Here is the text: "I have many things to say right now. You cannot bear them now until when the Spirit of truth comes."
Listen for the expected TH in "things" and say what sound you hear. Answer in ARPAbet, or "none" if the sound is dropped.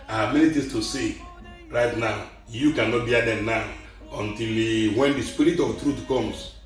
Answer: T